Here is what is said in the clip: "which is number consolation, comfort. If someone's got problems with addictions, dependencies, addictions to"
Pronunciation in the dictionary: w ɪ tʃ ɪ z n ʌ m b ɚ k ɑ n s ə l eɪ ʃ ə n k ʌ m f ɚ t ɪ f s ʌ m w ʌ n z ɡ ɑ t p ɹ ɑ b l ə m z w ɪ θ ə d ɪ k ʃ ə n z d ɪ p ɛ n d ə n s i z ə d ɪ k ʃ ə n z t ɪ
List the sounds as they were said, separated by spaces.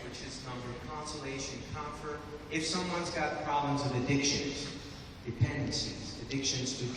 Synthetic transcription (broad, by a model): w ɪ tʃ ɪ z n ʌ m b ɚ k ɑ n s ə l eɪ ʃ ə n k ʌ m f ɚ t ɪ f s ʌ m w ʌ n z ɡ ɑ t p ɹ ɑ b l ə m z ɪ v ə d ɪ k ʃ ə n z d ɪ p ɛ n d ə n s i z ə d ɪ k ʃ ə n z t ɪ